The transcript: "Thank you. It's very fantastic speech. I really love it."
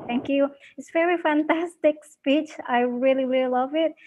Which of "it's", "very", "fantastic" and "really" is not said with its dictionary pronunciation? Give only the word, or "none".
none